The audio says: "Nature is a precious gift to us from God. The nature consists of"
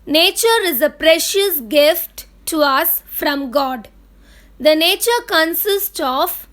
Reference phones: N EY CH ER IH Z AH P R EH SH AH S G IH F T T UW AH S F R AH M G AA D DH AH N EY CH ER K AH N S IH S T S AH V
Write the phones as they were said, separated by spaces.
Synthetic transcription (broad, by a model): N EY CH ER IH Z AH P R EH SH AH S G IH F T T UW AH S F R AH M G AA D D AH N EY CH ER K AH N S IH S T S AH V